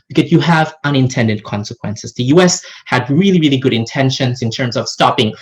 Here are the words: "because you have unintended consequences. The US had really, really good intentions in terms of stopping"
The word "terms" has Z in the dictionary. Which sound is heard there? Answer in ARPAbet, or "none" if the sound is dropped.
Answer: Z